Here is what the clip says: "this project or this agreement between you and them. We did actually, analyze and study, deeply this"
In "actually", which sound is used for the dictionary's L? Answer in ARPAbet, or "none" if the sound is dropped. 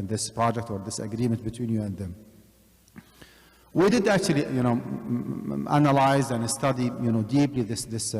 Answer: N